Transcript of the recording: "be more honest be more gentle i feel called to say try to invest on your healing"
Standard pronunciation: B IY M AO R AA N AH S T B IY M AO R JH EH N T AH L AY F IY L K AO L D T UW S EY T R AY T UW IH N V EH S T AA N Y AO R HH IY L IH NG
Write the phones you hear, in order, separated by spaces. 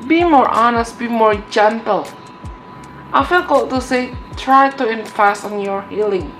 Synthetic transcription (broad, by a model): B IY M AO R AA N AH S T B IY M AO R JH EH N T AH L AY F IY L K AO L T UW S EY T R AY T UW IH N F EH S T AA N Y AO R HH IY L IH NG